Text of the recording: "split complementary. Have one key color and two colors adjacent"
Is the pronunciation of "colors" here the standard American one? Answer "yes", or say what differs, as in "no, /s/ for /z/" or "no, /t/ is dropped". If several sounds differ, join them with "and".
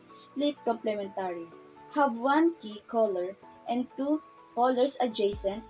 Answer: no, /s/ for /z/